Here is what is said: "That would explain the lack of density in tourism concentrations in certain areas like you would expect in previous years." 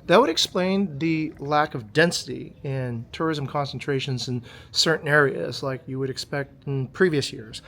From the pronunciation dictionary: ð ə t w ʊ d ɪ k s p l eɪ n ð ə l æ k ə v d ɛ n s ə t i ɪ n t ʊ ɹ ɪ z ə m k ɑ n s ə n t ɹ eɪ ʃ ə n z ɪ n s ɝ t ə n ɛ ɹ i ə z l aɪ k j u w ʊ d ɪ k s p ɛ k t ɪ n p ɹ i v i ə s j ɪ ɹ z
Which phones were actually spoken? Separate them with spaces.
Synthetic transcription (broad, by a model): ð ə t w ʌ d ɪ k s p l eɪ n ð ə l æ k ə v d ɛ n s ə t i ɪ n t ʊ ɹ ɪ z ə m k ɑ n s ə n t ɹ eɪ ʃ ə n z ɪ n s ɝ t n ɛ ɹ i ə z l aɪ k j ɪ w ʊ d ɪ k s p ɛ k t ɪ n p ɹ i v i ə s j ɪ ɹ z